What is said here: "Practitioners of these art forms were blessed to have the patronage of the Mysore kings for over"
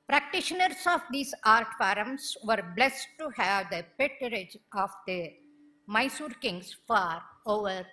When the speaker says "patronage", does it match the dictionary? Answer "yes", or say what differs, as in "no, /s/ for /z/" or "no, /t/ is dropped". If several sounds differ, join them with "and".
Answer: no, /ɹ/ is dropped